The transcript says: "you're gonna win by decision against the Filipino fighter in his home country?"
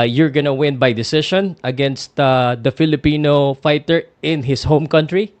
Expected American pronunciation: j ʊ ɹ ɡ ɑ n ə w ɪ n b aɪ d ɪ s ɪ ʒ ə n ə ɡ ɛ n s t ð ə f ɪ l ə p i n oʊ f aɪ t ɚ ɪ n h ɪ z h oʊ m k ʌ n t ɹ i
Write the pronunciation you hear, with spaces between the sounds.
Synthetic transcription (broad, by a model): j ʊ ɹ ɡ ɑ n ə w ɪ n b aɪ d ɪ s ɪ ʃ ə n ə ɡ ɛ n s t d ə f ɪ l ə p i n oʊ f aɪ t ɚ ɪ n h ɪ s h oʊ m k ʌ n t ɹ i